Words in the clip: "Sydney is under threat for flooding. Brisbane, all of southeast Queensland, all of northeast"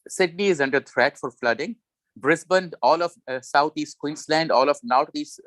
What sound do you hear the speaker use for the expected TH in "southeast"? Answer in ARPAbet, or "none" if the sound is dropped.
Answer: T